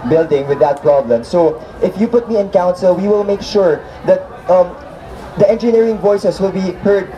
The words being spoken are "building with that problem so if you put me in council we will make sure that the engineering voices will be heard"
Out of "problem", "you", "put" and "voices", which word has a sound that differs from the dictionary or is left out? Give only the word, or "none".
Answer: voices